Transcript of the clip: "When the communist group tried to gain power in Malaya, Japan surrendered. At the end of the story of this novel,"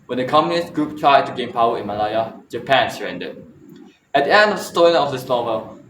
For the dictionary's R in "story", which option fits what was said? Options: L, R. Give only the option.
L